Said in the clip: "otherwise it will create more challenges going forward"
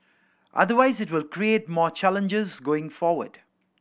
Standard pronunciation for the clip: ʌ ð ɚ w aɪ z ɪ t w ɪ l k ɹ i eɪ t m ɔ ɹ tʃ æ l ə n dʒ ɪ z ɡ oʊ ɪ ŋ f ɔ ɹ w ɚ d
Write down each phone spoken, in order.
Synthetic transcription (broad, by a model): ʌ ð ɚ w aɪ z ɪ t w ɪ l k ɹ i eɪ t m ɔ tʃ æ l ə n dʒ ɪ z ɡ oʊ ɪ ŋ f ɔ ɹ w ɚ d